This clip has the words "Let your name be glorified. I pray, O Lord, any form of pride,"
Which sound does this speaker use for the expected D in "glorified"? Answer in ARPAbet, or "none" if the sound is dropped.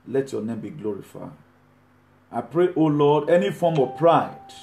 none